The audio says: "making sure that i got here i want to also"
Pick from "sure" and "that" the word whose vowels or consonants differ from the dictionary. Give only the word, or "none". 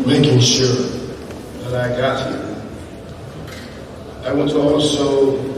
none